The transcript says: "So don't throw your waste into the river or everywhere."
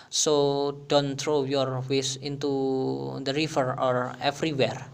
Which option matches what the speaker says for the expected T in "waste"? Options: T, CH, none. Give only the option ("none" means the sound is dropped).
none